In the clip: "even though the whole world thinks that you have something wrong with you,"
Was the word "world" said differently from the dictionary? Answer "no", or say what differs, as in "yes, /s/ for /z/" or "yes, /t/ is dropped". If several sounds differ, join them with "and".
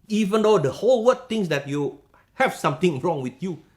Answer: yes, /l/ is dropped